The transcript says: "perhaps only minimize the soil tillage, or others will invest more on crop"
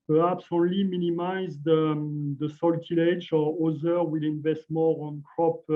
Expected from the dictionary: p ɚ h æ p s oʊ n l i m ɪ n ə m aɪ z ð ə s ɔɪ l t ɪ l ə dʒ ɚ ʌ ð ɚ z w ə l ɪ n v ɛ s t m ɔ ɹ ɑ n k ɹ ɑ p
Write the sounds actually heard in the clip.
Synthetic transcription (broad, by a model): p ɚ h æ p s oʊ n l i m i n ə m aɪ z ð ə s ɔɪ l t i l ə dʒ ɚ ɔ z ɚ w ə l ɪ n v ɛ s t m ɔ ɹ ɑ n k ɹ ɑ p